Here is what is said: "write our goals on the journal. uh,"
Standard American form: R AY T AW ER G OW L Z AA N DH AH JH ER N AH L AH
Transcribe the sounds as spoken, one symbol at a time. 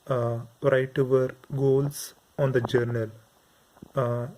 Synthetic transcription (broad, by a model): R AY T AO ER G OW L S AA N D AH JH ER N AH L